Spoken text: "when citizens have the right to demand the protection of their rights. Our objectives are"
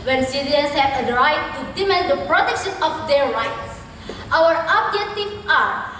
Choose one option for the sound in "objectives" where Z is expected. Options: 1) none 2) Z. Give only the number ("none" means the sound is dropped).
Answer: 1